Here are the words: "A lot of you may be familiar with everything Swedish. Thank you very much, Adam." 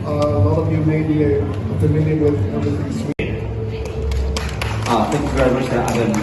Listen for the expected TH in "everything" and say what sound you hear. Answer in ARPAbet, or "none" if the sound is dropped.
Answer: S